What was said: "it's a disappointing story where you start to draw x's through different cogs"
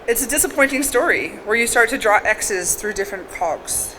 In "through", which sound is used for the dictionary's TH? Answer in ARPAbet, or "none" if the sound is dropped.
TH